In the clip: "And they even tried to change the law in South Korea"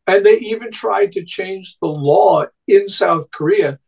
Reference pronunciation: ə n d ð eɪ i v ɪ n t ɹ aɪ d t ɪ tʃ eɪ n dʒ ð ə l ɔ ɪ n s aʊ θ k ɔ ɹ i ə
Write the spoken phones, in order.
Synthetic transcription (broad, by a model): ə n ð eɪ i v ɪ n t ɹ aɪ d t ɪ tʃ eɪ n dʒ ð ə l ɔ ɪ n s aʊ θ k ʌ ɹ i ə